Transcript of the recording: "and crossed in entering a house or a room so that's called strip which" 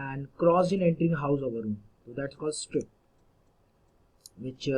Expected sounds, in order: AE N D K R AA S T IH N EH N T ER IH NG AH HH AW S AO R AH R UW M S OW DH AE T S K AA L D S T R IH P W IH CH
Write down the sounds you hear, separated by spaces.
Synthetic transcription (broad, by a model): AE N D K R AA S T IH N EH N T ER IH NG HH AW S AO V AH R UW M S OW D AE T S K AA L D S T R IH P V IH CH